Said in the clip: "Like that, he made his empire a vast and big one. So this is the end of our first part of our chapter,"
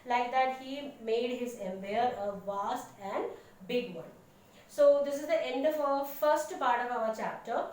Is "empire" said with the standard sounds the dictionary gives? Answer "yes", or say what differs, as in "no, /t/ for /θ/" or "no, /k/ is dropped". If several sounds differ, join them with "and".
no, /b/ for /p/